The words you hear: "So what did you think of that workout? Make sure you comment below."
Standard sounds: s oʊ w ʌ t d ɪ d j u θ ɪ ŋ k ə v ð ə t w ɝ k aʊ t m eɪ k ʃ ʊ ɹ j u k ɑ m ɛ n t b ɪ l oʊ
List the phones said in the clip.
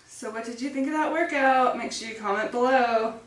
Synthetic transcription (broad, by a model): s oʊ w ʌ t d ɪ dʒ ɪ θ ɪ ŋ k ə v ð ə t w ɝ k aʊ t m eɪ k s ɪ k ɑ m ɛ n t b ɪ l oʊ